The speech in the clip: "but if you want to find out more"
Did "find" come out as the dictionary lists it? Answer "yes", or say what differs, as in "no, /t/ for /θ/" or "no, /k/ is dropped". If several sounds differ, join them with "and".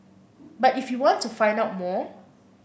yes